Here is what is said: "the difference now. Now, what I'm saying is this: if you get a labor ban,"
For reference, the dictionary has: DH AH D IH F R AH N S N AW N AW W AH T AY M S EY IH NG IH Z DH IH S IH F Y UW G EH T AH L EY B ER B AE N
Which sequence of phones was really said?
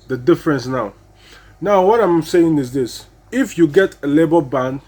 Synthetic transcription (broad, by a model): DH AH D IH F R AH N S N AW N AW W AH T AY M S EY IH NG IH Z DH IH S IH F Y UW G EH T AH L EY B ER B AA N